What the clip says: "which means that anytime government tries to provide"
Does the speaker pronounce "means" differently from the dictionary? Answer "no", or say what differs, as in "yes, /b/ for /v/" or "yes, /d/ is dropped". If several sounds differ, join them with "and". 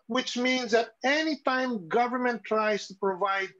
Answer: no